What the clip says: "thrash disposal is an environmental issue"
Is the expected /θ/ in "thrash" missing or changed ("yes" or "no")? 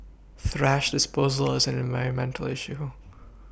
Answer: no